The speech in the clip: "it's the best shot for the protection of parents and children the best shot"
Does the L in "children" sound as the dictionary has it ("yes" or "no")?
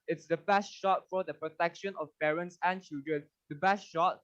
yes